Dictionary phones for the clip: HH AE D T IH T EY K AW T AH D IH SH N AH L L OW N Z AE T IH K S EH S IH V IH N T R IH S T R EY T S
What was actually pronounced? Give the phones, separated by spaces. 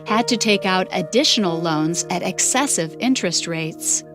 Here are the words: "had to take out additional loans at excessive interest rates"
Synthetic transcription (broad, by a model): HH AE D T IH T EY K AW T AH D IH SH N L L OW N Z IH T IH K S EH S IH V IH N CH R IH S T R EY T S